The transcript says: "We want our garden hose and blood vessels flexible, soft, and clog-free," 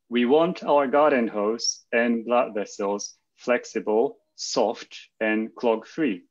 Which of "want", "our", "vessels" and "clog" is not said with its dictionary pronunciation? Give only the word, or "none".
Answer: none